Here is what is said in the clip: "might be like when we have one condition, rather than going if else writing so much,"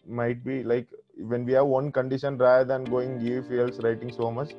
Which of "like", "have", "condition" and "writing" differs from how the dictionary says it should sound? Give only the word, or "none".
none